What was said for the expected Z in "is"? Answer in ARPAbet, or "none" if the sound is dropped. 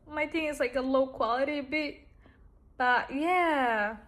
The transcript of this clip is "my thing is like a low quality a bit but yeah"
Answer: S